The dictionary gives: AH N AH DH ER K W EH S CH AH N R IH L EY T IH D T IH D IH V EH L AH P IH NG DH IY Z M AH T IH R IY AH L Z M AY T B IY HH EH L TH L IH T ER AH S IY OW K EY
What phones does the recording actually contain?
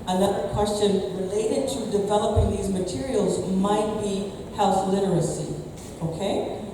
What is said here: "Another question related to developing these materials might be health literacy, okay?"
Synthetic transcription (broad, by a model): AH N AH DH ER K W EH S CH AH N R IH L EY T IH D T IH D IH V EH L AH P IH NG DH IY Z M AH T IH R IY L Z M AY T B IY HH EH L TH L IH T ER AH S IY OW K EY